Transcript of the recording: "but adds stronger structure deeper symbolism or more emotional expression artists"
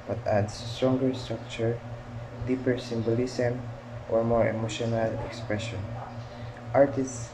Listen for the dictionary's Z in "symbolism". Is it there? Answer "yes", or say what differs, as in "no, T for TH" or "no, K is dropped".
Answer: no, S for Z